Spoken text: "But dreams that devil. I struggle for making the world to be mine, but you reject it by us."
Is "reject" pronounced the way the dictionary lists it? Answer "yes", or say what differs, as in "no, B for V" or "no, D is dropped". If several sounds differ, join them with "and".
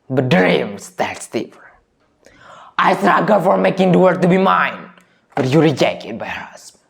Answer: yes